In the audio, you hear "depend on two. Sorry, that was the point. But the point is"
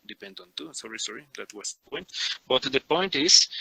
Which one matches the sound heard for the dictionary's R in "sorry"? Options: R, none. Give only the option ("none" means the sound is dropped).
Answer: R